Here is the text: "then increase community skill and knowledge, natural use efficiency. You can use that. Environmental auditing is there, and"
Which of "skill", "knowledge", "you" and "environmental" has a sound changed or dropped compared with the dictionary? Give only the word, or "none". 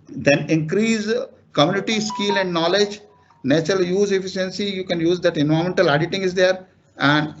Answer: environmental